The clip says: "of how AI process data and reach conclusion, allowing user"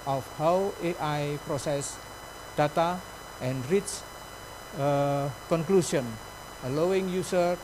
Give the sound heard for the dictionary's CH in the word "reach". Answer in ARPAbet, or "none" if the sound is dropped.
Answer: S